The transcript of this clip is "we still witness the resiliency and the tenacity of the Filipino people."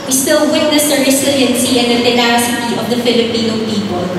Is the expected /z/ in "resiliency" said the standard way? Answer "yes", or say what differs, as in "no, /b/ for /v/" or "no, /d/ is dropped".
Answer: no, /s/ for /z/